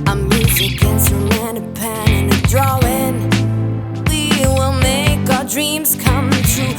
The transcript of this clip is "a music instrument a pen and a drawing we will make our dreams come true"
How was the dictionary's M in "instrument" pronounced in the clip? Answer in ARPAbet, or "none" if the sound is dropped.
none